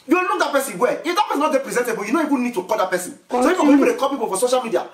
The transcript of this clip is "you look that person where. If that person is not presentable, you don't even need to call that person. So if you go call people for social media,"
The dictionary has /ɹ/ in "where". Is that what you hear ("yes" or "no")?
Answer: no